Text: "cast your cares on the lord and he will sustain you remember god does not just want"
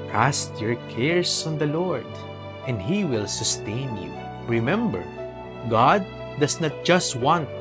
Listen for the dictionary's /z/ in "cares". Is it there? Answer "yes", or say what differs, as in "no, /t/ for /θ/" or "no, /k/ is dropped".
no, /s/ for /z/